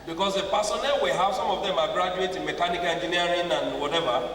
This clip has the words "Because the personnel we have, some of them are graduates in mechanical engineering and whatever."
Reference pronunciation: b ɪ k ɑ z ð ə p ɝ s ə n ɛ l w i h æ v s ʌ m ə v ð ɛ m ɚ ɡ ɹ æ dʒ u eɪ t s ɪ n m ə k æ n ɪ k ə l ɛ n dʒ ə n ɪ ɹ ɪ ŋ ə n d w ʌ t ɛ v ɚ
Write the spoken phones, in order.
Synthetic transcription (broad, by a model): b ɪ k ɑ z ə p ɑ s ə n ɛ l w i h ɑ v s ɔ m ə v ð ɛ m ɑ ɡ ɹ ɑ dʒ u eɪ t ɪ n m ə k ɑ n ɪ k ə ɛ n dʒ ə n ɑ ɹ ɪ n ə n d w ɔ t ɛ v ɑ